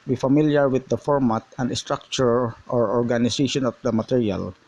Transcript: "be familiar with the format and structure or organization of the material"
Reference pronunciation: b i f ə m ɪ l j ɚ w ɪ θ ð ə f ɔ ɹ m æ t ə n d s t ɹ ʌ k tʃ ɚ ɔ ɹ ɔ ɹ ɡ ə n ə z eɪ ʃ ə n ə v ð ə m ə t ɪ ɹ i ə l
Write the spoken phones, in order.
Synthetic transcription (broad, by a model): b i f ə m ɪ l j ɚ w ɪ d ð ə f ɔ ɹ m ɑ t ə n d s t ɹ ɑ k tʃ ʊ ɔ ɹ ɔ ɹ ɡ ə n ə s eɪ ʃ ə n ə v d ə m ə t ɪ ɹ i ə l